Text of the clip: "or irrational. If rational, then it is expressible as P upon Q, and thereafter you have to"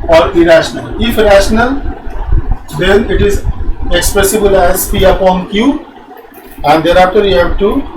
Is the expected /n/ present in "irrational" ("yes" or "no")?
yes